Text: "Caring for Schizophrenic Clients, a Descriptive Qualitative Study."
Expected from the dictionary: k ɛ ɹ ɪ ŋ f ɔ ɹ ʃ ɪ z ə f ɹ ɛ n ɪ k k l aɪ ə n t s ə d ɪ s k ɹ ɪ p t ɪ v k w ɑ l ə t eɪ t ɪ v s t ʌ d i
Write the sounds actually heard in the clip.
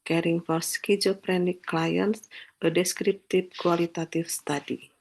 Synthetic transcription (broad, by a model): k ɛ ɹ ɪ ŋ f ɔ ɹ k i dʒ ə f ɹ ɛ n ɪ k k l aɪ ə n s ə d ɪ s k ɹ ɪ p t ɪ b k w ɑ l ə t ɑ t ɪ f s t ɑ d i